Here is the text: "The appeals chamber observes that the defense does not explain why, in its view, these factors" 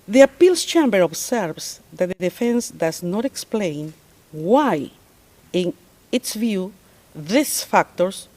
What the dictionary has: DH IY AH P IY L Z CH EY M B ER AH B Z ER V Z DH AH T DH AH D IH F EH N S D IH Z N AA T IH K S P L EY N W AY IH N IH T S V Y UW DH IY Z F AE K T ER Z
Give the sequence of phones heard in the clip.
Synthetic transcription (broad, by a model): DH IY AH P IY L S CH EY M B ER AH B S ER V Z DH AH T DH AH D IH F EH N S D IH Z N AA T IH K S P L EY N W AY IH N IH T S V Y UW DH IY S F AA K T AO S